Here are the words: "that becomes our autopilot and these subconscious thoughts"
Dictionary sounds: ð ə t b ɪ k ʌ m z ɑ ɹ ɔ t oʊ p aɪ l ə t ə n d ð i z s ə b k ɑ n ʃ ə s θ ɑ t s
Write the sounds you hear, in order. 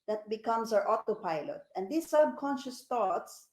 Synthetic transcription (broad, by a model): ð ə t b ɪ k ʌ m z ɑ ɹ ɔ t oʊ p aɪ l ə t ə n d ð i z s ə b k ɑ n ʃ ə s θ ɑ t s